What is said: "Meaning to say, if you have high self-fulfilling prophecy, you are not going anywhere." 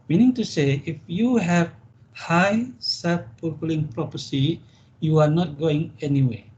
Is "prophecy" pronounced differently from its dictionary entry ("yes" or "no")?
yes